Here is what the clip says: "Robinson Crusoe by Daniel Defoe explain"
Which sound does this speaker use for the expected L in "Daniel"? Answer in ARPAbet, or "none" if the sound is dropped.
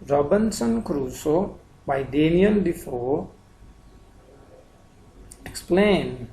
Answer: N